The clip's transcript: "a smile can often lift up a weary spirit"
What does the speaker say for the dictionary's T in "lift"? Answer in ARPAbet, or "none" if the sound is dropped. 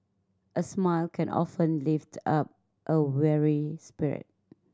T